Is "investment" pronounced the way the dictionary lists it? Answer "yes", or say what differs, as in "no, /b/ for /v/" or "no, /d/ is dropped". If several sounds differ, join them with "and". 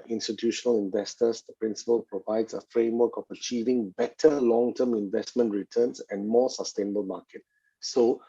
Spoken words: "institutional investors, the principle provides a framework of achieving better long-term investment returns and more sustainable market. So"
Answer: yes